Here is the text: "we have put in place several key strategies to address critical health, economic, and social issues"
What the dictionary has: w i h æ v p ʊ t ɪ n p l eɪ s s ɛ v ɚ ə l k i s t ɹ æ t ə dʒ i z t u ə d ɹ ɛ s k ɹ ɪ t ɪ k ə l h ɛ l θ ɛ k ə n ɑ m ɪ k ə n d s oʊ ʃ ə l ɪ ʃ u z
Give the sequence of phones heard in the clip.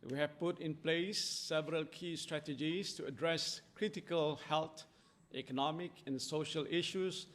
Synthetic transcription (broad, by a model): w i h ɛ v p ʊ t ɪ n p l eɪ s s ɛ v ɚ ə l k i s t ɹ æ t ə dʒ i s t u ə d ɹ ɛ s k ɹ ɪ t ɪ k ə l h ɛ l t ɛ k ə n ɑ m ɪ k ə n s oʊ ʃ ə l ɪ ʃ u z